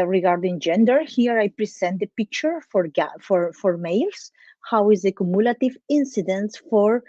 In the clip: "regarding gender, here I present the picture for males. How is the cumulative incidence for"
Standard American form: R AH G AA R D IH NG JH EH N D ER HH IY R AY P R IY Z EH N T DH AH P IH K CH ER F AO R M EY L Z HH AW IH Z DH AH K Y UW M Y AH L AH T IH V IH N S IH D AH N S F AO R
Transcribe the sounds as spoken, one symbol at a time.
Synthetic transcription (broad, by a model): R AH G AA R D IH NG JH EH N D ER HH IY R AY P R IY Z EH N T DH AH P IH K CH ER F AO R M EY L S HH AW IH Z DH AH K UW M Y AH L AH T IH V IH N S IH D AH N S F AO R